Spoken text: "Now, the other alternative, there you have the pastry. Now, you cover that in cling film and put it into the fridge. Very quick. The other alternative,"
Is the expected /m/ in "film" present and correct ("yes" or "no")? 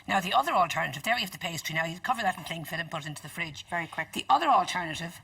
no